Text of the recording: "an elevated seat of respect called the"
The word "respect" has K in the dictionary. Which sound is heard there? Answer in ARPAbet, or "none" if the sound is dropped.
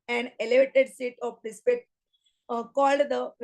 none